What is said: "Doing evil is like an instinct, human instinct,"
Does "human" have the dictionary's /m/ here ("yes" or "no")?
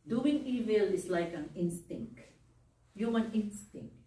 no